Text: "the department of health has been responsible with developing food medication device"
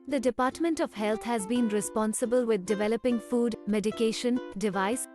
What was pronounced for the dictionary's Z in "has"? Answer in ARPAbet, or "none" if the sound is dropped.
Z